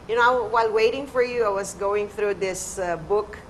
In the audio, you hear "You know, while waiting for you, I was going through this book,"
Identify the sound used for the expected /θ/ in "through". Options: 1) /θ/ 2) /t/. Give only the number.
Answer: 1